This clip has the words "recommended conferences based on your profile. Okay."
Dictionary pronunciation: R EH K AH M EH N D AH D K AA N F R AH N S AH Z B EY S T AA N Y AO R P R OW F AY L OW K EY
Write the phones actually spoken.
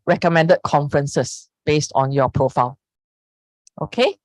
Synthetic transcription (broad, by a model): R EH K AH M EH N D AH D K AA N F R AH N S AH S B EY S T AA N Y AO P R OW F AY L OW K EY